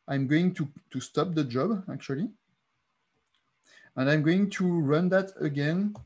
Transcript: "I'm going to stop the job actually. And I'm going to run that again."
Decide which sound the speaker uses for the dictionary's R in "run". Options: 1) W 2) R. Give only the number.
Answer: 2